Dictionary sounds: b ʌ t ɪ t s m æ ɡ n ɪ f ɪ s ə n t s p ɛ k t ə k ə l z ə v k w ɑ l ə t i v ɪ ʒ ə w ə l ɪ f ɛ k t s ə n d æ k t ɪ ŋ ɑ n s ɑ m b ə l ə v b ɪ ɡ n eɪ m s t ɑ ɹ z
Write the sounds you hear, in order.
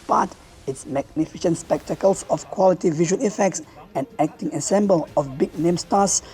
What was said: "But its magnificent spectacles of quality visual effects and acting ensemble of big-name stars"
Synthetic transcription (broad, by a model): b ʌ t ɪ t s m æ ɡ n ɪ f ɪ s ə n t s p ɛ k t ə k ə l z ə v k w ɑ l ə t i v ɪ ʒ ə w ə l ɪ f ɛ k t s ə n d æ k t ɪ ŋ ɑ s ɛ m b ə l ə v b ɪ ɡ n eɪ m s t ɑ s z